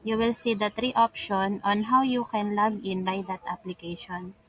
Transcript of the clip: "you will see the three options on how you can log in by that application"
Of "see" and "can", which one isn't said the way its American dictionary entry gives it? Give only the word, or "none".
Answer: none